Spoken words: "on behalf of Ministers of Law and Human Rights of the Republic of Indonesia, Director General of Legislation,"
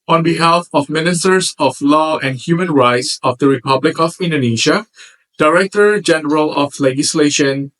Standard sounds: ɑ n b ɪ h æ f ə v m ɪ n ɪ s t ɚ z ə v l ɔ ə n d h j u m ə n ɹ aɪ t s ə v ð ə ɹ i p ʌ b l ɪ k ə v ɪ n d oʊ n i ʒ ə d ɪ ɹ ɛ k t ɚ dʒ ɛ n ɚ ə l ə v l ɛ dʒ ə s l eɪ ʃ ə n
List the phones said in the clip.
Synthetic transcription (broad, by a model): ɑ n b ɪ h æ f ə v m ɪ n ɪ s t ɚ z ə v l ɔ ə n d h j u m ə n ɹ aɪ t s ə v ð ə ɹ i p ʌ b l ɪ k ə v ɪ n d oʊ n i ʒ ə d ɪ ɹ ɛ k t ɚ dʒ ɛ n ɚ ə l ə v l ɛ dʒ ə s l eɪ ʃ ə n